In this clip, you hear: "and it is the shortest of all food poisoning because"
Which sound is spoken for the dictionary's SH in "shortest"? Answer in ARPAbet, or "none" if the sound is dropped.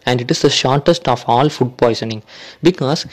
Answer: SH